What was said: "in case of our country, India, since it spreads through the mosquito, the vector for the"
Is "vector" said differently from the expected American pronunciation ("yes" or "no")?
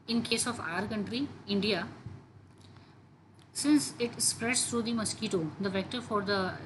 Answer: no